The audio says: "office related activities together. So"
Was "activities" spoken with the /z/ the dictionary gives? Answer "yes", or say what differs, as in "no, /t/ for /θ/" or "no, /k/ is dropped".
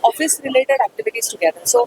no, /s/ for /z/